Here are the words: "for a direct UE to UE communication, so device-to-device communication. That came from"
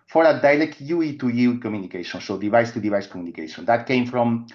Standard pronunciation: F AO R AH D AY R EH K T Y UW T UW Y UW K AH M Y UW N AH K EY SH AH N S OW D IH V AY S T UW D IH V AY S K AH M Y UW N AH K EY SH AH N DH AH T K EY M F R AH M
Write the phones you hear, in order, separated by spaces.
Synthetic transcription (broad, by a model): F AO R AH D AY L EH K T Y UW T UW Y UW K AH M Y UW N AH K EY SH AH N S OW D IH V AY S T UW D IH V AY S K AH M Y UW N AH K EY SH AH N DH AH T K EY M F R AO M